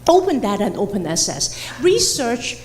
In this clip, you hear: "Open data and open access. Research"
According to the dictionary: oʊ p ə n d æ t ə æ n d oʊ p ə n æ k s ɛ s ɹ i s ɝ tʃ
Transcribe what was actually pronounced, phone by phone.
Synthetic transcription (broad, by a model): oʊ p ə n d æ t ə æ n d oʊ p ə n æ s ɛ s ɹ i s ɝ tʃ